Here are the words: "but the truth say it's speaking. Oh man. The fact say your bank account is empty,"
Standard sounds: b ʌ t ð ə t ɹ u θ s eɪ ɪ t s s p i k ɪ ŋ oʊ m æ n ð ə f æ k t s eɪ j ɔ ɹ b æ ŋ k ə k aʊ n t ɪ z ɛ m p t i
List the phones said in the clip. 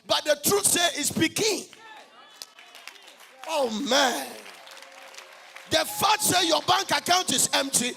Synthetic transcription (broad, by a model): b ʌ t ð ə t ɹ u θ s eɪ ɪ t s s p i k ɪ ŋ oʊ m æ n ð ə f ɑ t s eɪ j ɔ b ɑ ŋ k ə k aʊ n t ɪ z ɛ m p t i